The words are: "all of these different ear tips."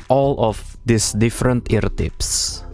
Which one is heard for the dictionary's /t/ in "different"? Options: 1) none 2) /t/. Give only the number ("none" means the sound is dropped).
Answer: 2